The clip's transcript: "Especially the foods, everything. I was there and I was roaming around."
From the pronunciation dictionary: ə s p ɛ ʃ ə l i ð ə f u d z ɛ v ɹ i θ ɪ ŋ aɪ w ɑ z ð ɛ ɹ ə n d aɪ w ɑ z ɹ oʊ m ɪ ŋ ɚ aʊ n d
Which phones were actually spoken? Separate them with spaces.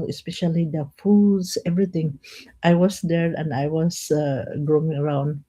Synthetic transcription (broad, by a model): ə s p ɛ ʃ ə l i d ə f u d s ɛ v ɹ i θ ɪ ŋ aɪ w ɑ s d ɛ ɹ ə n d aɪ w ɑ s ɹ oʊ ɪ ŋ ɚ aʊ n d